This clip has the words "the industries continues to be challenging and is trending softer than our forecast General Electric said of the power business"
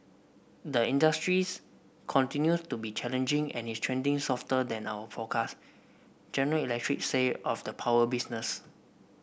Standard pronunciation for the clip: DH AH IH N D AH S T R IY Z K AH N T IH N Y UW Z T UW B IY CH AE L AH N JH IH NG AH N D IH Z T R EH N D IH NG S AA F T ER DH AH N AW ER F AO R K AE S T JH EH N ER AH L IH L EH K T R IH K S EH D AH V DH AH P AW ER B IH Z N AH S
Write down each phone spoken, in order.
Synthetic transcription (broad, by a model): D AH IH N D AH S T R IY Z K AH N T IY N Y UW S T UW B IY CH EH L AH N JH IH NG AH N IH S T R EH N D IH NG S AA F T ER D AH N AW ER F AO K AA S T JH EH N ER AH L IH L EH K T R IH K S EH AH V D AH P AW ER B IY S N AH S